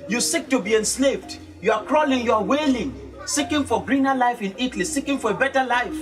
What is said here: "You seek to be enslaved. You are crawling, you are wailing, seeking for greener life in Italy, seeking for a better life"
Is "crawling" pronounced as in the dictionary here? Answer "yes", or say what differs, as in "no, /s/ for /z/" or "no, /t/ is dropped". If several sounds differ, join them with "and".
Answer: yes